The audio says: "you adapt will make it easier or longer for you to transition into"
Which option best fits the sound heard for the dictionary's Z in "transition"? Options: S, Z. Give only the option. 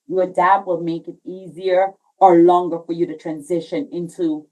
Z